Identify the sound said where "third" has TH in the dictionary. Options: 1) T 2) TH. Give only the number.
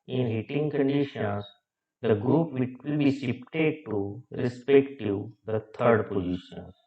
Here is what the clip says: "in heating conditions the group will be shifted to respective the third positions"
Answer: 1